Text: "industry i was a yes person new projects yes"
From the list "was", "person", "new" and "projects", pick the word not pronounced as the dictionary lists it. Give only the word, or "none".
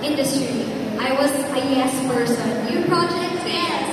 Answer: person